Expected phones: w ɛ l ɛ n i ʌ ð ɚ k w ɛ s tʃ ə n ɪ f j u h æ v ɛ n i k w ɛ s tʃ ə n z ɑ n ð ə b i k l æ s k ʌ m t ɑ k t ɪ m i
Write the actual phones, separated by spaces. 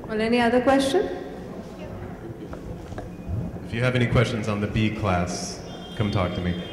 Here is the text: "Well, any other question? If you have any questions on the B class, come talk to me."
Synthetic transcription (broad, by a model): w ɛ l ɛ n i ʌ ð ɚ k w ɛ s tʃ ə n ɪ f j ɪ v ɛ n i k w ɛ s tʃ ə n z n ð ə b i k l æ s k ʌ m t ɑ k t ɪ m i